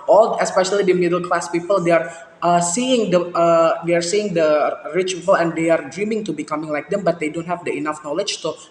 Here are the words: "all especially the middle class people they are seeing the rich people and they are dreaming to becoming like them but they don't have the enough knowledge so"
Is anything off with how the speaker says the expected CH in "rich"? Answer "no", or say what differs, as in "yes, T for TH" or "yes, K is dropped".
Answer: no